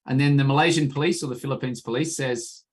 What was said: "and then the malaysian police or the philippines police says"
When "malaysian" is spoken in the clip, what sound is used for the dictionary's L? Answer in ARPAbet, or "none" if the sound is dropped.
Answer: L